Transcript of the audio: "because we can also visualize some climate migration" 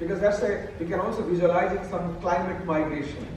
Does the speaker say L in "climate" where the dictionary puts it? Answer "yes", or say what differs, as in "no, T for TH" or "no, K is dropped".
yes